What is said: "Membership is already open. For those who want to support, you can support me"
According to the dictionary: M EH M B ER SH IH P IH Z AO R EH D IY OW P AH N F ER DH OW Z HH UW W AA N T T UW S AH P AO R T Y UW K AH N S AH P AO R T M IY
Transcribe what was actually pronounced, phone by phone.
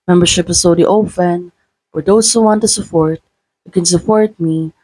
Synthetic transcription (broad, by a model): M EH M B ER SH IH P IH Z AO UH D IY OW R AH N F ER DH OW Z HH UW W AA N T T UW S AH P AO R T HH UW K AH N S AH P AO R T M IY